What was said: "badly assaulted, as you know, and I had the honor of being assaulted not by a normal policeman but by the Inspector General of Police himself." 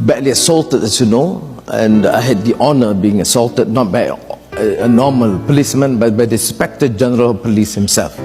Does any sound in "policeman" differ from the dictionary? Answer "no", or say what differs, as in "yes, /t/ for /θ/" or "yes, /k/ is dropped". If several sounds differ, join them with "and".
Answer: no